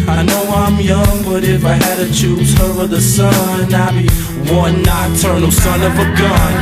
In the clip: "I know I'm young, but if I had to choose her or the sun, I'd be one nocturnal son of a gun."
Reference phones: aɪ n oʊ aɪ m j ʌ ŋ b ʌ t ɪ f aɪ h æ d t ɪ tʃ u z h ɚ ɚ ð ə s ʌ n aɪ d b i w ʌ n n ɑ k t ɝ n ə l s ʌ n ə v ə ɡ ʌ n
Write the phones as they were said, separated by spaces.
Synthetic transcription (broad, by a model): aɪ n oʊ aɪ m j ʌ ŋ b ʌ t ɪ f aɪ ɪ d t ɪ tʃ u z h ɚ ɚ ð ə s ʌ n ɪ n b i w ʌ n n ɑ t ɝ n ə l s ʌ n ə v ə ɡ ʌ n